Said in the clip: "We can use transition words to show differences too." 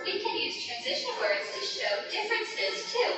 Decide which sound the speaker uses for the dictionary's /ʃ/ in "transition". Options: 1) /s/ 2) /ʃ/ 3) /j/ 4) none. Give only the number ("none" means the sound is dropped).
2